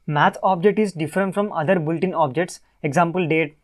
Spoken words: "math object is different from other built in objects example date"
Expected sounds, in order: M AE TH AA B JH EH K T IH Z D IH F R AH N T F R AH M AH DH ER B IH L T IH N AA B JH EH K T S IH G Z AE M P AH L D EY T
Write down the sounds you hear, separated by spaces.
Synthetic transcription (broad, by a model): M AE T AA B JH EH K T IH Z D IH F R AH N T F R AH M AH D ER B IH L T IH N AA B JH EH K T S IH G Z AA M P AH L D EY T